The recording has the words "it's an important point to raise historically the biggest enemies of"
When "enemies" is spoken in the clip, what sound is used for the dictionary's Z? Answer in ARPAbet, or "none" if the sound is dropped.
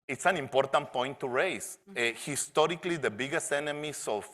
S